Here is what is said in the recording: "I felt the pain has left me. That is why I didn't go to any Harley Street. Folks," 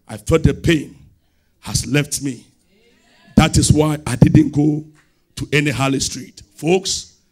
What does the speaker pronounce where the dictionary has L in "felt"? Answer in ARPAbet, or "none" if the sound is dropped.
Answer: none